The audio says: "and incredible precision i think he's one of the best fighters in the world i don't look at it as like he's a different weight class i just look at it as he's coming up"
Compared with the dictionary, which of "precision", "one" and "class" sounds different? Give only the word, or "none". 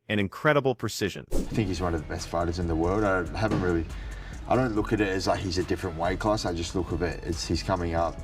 none